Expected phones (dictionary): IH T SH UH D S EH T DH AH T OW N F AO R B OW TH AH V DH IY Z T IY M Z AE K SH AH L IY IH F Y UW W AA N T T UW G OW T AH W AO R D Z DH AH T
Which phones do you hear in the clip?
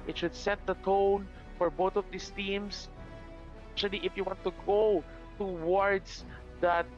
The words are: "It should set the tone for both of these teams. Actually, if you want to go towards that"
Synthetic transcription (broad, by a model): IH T SH UH D S EH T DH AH T OW N F AO R B OW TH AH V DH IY S T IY M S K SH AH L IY IH F Y UW W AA N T T UW G OW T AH W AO R D S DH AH T